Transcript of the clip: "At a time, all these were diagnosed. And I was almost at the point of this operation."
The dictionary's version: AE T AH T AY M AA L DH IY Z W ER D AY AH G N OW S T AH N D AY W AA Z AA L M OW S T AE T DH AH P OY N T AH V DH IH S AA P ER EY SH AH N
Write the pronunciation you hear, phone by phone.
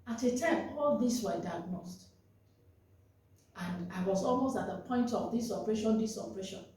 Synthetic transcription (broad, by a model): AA T AH T AY M AA L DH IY S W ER D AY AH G N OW S T AH N D AY W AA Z AA L M OW S T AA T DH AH P OY N T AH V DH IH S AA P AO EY SH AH N